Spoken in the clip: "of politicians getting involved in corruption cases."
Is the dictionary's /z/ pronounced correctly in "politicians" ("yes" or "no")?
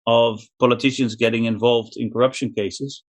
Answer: yes